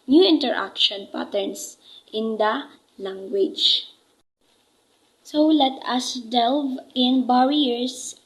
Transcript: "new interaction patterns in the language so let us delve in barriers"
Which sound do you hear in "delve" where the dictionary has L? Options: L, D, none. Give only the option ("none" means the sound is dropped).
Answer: L